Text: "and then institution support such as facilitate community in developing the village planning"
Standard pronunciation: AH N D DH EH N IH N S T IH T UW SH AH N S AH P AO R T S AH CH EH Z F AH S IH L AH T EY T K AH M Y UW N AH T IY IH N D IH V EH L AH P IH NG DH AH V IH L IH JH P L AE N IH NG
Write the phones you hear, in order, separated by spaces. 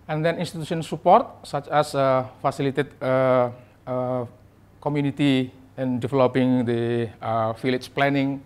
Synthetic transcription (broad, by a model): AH N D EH N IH N S T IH T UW S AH N S AH P AO R T S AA CH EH S F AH S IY L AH T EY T K AH M Y UW N AH T IY IH N D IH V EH L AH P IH NG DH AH F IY L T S P L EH N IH NG